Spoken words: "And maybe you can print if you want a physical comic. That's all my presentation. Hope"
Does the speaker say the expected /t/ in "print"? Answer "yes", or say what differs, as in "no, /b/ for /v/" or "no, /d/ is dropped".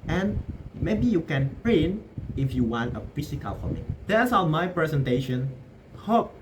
no, /t/ is dropped